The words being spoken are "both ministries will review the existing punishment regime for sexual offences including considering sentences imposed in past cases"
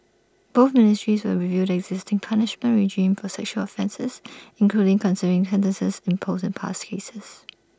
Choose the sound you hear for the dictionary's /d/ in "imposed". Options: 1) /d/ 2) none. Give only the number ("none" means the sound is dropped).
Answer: 2